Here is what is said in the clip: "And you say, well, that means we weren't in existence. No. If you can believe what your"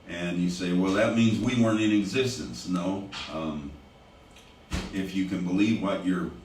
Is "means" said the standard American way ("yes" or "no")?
yes